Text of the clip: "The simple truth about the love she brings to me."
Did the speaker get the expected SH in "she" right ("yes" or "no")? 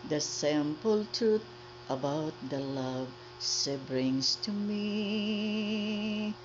no